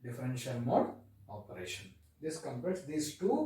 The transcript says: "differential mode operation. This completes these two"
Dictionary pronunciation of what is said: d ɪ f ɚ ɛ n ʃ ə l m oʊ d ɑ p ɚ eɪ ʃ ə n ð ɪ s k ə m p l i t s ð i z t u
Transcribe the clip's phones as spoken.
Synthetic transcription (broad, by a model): d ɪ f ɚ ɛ n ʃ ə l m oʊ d ɑ p ɚ eɪ ʃ ə n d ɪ s k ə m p ɛ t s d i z t u